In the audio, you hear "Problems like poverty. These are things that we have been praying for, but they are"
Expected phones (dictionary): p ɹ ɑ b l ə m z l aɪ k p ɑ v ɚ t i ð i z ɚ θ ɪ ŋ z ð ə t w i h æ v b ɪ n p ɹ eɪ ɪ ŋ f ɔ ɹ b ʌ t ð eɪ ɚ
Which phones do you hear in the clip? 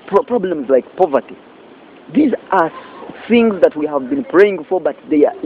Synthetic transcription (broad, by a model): p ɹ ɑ b l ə m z l aɪ k p ɑ v ɚ t i ð i z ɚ θ ɪ ŋ z ð ə t w i h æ v b ɪ n p ɹ eɪ ɪ ŋ f ɔ ɹ b ʌ t ð eɪ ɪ